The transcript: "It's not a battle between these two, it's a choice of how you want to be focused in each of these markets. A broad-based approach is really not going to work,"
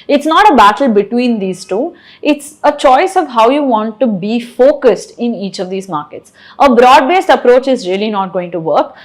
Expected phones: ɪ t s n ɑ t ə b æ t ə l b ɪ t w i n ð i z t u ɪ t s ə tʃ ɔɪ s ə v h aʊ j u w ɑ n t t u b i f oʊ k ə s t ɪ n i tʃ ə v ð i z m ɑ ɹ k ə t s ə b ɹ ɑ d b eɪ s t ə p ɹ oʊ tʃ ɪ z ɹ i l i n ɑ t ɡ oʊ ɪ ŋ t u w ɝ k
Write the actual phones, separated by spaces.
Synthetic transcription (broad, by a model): ɪ t s n ɑ t ə b æ t ə l b ɪ t w i n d i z t u ɪ t s ə tʃ ɔɪ s ə v h aʊ j u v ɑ n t t u b i f oʊ k ə s t ɪ n i tʃ ə v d i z m ɑ ɹ k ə t s ə b ɹ ɑ d b eɪ s t ə p ɹ oʊ tʃ ɪ z ɹ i l i n ɑ t ɡ oʊ ɪ ŋ t u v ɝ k